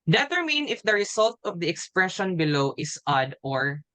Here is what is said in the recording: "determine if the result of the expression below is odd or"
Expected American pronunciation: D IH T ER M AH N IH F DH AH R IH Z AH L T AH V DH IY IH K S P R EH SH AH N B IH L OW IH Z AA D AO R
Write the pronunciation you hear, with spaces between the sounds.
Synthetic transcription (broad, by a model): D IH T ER M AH N IH F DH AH R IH S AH L T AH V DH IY IH K S P R EH SH AH N B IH L OW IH S AA D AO R